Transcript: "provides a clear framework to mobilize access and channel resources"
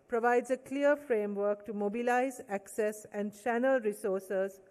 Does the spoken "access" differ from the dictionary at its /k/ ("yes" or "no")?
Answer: no